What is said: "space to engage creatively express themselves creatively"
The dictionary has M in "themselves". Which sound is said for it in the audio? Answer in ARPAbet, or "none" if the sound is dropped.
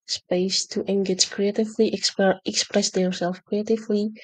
none